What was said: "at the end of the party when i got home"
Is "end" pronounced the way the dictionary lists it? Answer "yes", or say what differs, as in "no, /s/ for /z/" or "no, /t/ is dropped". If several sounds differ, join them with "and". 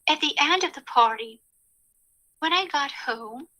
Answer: yes